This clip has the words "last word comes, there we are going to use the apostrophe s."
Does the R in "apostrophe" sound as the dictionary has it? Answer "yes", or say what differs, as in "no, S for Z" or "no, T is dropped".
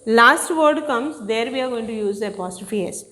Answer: no, R is dropped